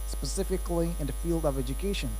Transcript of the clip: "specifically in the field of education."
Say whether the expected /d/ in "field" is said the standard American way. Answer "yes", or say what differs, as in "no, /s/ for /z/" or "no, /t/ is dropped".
yes